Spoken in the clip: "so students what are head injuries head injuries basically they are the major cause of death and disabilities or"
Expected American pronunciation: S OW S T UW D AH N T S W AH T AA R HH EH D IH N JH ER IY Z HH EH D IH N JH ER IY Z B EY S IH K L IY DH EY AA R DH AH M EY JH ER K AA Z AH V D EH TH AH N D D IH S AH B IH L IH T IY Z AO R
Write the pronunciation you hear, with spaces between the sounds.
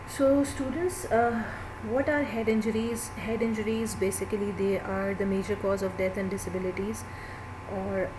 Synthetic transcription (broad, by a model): S OW S T UW D AH N T S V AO T AA R HH EH D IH N JH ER IY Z HH EH D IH N JH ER IY Z B EY S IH K L IY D EY AA R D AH M EY JH ER K AA Z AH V D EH T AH N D D IH S AH B IH L IH T IY Z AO R